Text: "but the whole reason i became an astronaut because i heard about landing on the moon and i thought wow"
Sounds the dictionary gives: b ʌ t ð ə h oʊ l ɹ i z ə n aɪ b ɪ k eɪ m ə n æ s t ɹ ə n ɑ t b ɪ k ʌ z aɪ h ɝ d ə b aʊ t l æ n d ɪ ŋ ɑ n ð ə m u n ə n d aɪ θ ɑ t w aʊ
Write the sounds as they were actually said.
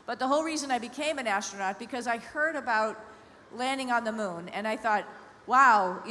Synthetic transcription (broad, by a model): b ʌ t ð ə h oʊ l ɹ i z ə n aɪ b ɪ k eɪ m ə n æ s t ɹ ə n ɑ t b ɪ k ʌ z aɪ h ɝ d ə b aʊ t l æ n d ɪ ŋ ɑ n ð ə m u n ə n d aɪ θ ɑ t w aʊ